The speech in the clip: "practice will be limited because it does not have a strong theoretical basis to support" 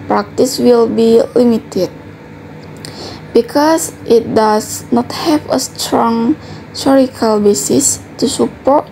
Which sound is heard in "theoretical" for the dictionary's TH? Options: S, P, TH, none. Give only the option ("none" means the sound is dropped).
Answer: S